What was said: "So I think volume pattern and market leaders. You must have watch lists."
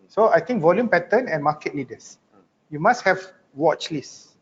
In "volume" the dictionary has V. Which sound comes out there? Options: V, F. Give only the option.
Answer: V